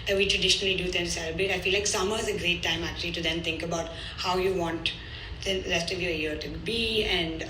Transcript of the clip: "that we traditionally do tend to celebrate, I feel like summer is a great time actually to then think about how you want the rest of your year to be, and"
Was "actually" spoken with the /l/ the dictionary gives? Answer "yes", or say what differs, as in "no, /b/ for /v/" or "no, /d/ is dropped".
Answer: yes